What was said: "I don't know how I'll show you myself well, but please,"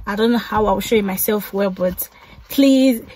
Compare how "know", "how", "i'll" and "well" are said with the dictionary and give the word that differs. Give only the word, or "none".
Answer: i'll